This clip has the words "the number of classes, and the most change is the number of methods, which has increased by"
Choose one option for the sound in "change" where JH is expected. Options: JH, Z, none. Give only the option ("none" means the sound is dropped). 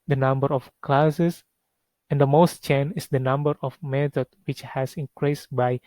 none